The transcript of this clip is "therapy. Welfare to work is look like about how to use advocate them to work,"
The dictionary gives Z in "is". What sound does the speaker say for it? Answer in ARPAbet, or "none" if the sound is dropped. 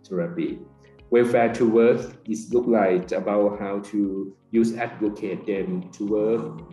S